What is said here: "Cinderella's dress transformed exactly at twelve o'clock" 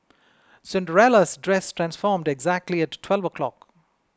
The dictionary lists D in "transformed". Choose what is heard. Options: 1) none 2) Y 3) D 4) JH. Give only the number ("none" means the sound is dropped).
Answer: 3